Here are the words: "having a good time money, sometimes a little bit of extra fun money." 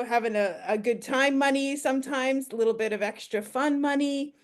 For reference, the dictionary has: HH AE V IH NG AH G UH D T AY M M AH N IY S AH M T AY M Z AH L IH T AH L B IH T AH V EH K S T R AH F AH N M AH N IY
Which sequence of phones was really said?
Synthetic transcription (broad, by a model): HH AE V IH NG AH G UH D T AY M M AH N IY S AH M T AY M Z AH L IH T L B IH T AH V EH K S T R AH F AH N M AH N IY